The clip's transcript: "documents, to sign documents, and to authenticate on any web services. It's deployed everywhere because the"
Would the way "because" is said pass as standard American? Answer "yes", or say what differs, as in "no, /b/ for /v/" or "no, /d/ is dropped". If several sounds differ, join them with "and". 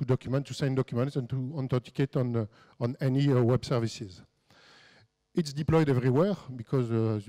yes